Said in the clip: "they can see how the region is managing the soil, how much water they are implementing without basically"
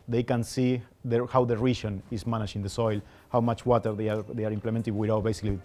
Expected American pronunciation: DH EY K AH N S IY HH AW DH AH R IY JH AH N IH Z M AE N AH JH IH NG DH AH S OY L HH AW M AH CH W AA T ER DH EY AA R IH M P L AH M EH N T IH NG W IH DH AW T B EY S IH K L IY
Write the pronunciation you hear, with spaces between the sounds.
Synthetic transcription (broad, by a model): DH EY K AH N S IY HH AW DH AH R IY SH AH N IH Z M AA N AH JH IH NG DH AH S OY L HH AW M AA CH W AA T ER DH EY AA R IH M P L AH M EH N T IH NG W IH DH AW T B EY S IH K L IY